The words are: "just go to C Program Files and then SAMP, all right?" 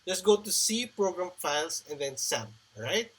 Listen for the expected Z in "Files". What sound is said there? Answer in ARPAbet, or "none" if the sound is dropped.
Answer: S